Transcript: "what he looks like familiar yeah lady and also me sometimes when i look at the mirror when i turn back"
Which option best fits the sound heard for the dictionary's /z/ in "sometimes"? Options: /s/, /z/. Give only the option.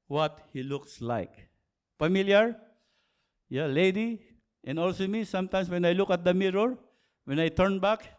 /s/